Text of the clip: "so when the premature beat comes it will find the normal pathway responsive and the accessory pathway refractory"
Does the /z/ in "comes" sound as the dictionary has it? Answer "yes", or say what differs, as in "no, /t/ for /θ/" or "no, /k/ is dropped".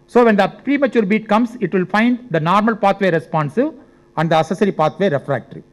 no, /s/ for /z/